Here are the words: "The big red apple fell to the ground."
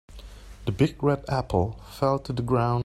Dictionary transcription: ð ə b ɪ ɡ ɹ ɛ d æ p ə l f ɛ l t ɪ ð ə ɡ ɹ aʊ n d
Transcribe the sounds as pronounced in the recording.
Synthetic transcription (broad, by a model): ð ə b ɪ ɡ ɹ ɛ d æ p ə l f ɛ l t ɪ ð ə ɡ ɹ aʊ n